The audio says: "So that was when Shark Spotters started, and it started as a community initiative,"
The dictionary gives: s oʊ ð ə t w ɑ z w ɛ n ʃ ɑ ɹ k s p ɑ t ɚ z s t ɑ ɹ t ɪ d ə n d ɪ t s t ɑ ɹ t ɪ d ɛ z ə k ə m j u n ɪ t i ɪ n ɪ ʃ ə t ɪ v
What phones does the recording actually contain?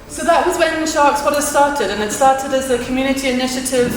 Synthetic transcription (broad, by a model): s oʊ ð ə t w ɑ z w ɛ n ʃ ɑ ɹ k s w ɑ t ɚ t s t ɑ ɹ t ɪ d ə n ɪ t s t ɑ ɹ t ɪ d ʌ z ə k ə m j u n ɪ t i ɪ n ɪ ʃ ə t ɪ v